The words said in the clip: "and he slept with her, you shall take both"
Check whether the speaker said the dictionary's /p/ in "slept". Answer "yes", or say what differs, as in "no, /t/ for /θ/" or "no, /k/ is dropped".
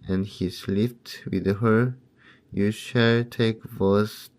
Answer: no, /f/ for /p/